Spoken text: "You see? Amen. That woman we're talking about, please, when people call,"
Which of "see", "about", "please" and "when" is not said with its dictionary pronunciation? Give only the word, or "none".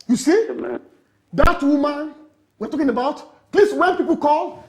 please